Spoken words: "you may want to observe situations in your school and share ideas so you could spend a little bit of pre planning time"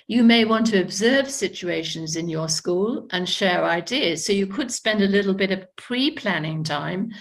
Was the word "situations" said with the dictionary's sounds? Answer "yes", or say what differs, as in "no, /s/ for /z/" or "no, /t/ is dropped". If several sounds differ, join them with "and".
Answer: yes